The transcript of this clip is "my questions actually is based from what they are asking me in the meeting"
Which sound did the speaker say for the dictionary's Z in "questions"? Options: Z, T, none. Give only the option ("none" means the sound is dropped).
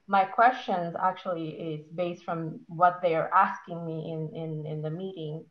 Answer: Z